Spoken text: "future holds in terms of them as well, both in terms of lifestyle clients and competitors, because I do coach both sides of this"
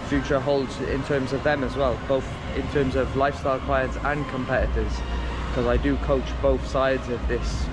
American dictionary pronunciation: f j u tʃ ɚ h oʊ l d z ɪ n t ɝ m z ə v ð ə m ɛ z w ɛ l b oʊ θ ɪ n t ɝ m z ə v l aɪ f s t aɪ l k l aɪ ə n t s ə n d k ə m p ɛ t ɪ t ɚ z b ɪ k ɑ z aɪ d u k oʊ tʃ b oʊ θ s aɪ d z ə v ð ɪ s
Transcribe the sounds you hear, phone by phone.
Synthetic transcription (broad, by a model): f j u tʃ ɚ h oʊ l d z ɪ n t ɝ m z ə v ð ə m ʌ z w ɛ l b oʊ θ ɪ n t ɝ m z ə v l aɪ f s t aɪ l k l aɪ ə n t s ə n k ə m p ɛ t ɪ t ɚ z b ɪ k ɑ z aɪ d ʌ k oʊ tʃ b oʊ θ s aɪ d z ə v ð ɪ s